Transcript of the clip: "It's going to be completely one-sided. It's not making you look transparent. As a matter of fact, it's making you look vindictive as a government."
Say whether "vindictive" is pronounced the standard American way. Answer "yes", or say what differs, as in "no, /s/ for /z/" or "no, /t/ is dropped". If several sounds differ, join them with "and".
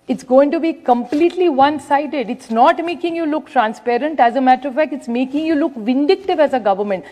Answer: yes